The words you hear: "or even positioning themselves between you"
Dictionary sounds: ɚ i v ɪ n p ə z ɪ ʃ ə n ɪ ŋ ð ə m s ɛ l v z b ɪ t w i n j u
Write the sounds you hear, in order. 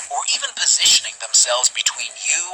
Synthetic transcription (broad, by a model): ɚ i v ɪ n p ə z ɪ ʃ ə n ɪ ŋ ð ə m s ɛ l v z b ɪ t w i n j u